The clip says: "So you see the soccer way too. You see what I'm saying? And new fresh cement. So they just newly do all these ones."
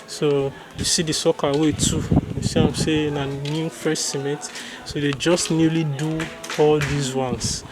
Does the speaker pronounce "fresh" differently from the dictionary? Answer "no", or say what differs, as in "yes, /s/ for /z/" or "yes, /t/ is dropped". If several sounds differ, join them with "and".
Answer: yes, /ɹ/ is dropped